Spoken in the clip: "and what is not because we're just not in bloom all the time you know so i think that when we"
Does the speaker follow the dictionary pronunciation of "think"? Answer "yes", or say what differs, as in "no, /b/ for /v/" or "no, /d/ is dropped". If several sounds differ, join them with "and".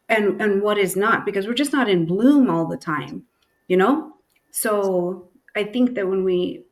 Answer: yes